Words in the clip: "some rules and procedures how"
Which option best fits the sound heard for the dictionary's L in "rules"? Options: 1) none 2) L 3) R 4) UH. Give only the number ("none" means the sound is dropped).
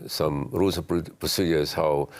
1